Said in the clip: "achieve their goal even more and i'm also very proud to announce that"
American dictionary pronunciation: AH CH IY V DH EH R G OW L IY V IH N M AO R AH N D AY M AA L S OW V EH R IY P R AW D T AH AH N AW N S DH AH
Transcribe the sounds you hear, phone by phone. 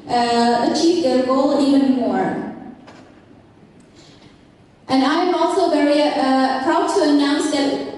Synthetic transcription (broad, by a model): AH CH IY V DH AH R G OW L IY V IH N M AO R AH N AY M AA L S OW V EH R IY P R AW D T AH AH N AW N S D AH